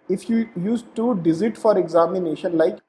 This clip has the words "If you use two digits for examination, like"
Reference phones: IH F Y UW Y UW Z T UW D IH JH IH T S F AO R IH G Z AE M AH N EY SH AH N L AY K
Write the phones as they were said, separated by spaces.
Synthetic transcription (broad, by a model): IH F Y UW Y UW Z T UW D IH Z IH T F AO R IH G Z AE M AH N EY SH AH N L AY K